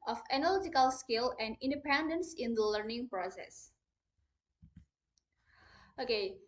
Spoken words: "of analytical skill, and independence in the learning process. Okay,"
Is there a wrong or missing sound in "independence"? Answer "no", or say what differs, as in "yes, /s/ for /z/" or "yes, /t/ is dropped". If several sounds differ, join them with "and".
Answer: no